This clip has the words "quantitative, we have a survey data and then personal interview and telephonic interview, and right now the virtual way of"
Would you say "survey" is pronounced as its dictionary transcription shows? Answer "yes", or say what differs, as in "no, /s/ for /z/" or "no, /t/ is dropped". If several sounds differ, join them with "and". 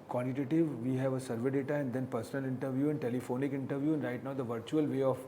yes